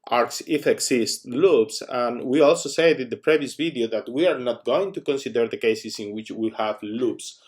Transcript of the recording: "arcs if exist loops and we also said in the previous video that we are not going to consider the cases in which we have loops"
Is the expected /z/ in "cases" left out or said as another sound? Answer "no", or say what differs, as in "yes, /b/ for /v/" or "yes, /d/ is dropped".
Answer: yes, /s/ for /z/